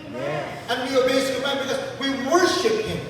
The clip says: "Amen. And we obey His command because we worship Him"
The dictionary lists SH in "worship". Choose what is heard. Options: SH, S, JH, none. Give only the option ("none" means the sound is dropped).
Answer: SH